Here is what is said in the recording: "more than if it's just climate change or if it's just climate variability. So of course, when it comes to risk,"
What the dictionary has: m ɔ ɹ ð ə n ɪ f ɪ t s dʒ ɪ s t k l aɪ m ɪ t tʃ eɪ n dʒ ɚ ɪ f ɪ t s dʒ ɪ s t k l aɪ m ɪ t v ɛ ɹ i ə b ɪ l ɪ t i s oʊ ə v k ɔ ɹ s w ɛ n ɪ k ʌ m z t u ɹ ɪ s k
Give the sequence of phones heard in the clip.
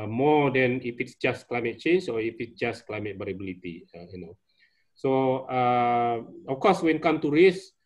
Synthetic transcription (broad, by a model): m ɔ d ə n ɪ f ɪ t s dʒ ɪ s k l aɪ m ɪ t tʃ eɪ n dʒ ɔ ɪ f ɪ t s dʒ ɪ s k l aɪ m ɪ t b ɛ ɹ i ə b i l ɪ t i s oʊ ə f k ɔ s w ɛ n k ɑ m t u ɹ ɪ s